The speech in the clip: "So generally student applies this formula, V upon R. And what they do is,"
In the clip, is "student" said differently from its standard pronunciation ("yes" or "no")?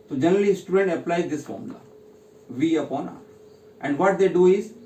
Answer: no